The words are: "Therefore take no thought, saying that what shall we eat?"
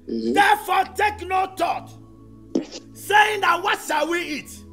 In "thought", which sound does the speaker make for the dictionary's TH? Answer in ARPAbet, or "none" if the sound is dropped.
T